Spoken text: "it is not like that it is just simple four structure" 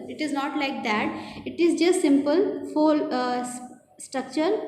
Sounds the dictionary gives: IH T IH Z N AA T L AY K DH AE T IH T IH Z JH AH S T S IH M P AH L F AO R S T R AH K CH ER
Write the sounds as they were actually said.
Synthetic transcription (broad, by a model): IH T IH Z N AA T L AY K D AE T IH T IH Z JH AH S T S IH M P AH L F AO L S T R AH K CH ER